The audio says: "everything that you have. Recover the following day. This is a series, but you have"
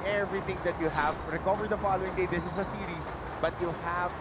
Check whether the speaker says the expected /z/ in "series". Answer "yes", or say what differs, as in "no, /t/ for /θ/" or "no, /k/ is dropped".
no, /s/ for /z/